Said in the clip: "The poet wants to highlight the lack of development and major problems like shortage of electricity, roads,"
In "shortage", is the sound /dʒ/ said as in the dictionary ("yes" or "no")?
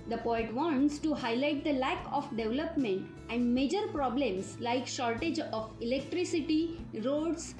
yes